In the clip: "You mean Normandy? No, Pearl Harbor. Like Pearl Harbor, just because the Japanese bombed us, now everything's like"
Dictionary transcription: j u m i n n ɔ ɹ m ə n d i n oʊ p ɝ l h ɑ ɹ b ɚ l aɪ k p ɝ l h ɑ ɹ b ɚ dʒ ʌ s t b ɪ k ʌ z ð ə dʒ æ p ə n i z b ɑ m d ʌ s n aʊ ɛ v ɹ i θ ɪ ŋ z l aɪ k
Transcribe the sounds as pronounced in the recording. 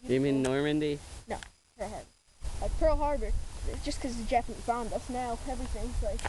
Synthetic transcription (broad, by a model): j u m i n n ɔ ɹ m ə n d i n oʊ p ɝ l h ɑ ɹ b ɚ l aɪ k p ɝ l h ɑ ɹ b ɚ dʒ ʌ s k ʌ z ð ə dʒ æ f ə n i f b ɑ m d ʌ s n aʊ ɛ v ɹ i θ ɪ ŋ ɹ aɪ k